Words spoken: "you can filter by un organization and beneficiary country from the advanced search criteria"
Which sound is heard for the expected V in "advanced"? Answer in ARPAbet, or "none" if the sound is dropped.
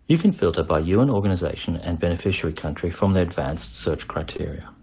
V